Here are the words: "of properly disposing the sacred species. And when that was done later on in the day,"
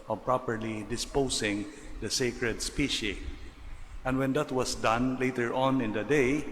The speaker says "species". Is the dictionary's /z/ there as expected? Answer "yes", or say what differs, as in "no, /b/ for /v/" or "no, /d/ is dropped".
no, /z/ is dropped